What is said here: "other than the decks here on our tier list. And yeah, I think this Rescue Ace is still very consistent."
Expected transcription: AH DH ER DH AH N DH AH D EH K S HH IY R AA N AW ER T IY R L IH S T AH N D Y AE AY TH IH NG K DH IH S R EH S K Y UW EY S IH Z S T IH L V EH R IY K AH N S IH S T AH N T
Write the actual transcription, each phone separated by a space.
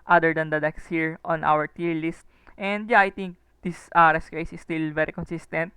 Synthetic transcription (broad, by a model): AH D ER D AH N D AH D EH K S HH IY R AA N AW ER T IY R L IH S T AH N D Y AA AY T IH NG K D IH S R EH S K EY S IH S T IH L V EH R IY K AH N S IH S T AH N T